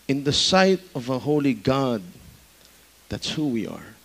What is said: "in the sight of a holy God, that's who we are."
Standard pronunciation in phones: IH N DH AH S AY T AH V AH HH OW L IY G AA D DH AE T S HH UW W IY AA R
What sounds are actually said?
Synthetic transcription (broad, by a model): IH N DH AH S AY T AH V AH HH OW L IY G AA D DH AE T S HH UW W IY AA R